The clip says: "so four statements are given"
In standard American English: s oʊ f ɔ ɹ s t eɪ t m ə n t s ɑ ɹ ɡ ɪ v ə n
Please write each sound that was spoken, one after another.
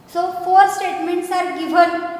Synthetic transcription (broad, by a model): s oʊ f ɔ ɹ s t eɪ t m ə n t s ɑ ɹ ɡ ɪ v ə n